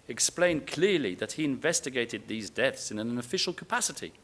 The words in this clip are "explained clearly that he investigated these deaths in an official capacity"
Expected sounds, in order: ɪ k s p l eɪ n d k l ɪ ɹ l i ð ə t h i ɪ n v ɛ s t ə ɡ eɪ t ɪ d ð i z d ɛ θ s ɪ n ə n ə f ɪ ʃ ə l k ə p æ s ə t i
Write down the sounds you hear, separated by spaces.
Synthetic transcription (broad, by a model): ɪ k s p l eɪ n k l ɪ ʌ l i ð ə t h i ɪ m v ɛ s t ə ɡ eɪ t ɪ d ð i z d ɛ θ s ɪ n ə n ə f ɪ ʃ ə l k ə p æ s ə t i